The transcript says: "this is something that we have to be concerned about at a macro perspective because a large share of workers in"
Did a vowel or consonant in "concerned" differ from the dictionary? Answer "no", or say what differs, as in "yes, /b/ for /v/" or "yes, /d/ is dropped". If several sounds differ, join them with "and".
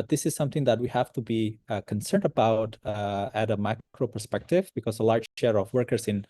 no